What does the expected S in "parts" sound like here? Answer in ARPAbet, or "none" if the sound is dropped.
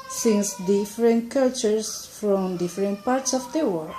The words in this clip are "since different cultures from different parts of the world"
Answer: S